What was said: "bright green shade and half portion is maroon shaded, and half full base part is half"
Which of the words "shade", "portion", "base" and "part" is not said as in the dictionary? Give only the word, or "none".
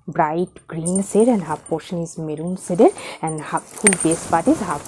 shade